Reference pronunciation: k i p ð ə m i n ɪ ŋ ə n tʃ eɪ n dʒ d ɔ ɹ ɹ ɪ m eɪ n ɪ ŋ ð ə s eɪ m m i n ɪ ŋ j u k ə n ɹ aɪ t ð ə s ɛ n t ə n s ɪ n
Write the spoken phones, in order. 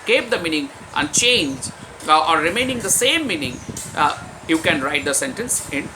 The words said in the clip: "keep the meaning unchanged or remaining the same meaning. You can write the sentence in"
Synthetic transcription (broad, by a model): k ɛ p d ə m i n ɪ ŋ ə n tʃ eɪ n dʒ ɔ ɹ ɹ ɪ m eɪ n ɪ ŋ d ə s eɪ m m i n ɪ ŋ j u k ə n ɹ aɪ t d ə s ɛ n t ə n s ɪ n